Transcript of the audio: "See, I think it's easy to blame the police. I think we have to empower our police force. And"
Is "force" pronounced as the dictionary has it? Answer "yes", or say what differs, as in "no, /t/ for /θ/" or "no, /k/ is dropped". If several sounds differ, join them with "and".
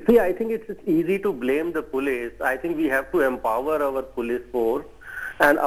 no, /s/ is dropped